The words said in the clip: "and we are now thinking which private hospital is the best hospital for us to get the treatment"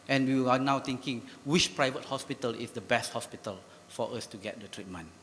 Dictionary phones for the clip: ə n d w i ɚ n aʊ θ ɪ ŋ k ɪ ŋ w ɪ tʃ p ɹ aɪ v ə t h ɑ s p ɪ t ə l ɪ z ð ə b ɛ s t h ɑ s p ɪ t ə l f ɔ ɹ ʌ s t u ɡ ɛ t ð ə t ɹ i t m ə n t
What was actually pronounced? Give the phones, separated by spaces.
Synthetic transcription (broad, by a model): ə n w i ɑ n aʊ t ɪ ŋ k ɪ ŋ w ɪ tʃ p ɹ aɪ v ə t h ɑ s p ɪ t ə l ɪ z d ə b ɛ s t h ɑ s p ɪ t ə l f ɔ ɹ ʌ s t u ɡ ɛ t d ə t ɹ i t m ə n